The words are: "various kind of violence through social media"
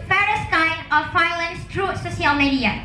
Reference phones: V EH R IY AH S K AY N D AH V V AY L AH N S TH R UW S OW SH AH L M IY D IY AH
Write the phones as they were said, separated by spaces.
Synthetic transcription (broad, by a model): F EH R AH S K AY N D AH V F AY L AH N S T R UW S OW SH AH L M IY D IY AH